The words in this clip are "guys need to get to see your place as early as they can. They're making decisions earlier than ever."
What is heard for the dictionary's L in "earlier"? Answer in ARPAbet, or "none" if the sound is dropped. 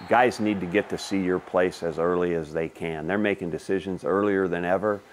L